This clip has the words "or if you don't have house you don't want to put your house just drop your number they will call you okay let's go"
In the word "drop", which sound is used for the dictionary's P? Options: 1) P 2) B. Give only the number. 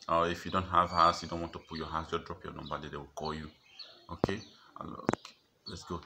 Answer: 1